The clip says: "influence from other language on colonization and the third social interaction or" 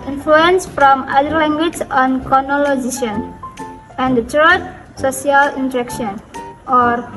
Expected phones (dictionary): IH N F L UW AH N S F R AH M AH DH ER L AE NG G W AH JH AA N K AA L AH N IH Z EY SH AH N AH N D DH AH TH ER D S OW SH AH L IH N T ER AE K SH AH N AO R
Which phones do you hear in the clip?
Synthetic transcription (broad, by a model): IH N F L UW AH N S F R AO M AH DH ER L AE NG G W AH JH AA N K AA N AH L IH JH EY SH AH N AH N D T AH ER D S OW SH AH L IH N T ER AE K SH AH N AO R